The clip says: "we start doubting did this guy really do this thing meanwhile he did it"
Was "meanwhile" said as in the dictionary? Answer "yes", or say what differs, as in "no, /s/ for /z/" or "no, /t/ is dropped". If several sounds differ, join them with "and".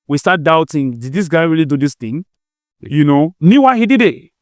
no, /w/ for /l/